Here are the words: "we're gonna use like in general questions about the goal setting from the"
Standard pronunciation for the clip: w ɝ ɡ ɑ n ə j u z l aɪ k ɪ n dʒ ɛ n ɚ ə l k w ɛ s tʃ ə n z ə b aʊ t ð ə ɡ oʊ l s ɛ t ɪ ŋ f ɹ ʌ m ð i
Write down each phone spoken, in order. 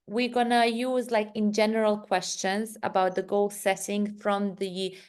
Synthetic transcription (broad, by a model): w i ɡ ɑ n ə j u z l aɪ k ɪ n dʒ ɛ n ɚ ə l k w ɛ s tʃ ə n z ə b aʊ t ð ə ɡ oʊ l s ɛ t ɪ ŋ f ɹ ʌ m ð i